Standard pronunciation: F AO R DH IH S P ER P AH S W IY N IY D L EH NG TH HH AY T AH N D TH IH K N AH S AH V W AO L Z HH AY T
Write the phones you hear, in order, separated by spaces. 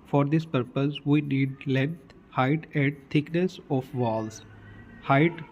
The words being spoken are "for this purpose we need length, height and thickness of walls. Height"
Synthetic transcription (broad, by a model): F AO R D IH S P ER P AH S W IY N IY D L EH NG T HH AY T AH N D T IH K N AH S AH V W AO L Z HH AY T